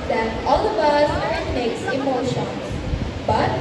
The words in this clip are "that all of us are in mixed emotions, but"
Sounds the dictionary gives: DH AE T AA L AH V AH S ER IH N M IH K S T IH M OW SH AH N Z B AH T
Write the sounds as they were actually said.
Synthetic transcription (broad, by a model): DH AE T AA L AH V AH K ER IH N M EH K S IH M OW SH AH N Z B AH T